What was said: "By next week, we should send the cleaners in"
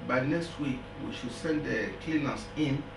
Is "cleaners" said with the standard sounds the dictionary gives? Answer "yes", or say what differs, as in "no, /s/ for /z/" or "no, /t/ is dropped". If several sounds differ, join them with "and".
no, /s/ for /z/